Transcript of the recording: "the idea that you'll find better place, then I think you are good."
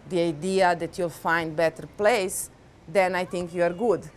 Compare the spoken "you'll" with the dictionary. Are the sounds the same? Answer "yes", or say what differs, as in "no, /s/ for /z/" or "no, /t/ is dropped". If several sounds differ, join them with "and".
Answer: yes